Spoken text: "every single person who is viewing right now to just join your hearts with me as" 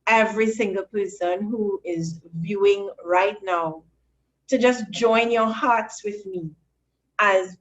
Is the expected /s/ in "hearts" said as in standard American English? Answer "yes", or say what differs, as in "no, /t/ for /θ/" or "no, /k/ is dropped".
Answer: yes